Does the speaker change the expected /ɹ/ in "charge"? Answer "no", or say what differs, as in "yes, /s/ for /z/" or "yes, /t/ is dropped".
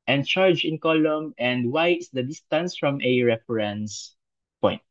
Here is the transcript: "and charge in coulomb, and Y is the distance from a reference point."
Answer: no